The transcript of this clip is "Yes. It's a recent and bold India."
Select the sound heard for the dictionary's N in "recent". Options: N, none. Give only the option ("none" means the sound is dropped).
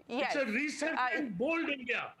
none